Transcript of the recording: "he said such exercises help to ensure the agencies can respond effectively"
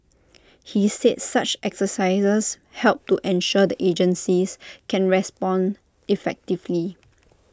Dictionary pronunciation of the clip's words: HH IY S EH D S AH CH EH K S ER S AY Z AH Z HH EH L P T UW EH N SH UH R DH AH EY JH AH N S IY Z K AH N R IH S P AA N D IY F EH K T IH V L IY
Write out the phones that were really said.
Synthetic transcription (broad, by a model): HH IY S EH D S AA CH EH K S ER S AY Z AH S HH EH L P T UW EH N SH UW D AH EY JH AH N S IY S K AH N R IH S P AA N D IY F EH K T IH V L IY